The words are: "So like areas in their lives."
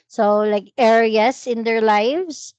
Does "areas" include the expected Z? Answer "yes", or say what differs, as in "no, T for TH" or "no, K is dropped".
no, S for Z